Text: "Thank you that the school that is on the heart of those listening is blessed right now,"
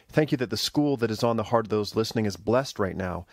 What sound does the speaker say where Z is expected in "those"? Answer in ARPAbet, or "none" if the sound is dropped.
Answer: Z